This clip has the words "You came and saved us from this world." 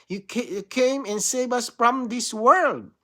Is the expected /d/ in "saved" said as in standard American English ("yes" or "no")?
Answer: no